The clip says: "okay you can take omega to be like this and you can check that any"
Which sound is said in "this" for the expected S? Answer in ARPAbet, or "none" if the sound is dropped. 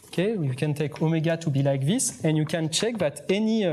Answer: S